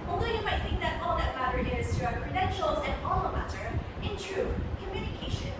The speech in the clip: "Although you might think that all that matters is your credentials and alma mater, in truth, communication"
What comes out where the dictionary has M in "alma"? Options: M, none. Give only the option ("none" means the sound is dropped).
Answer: none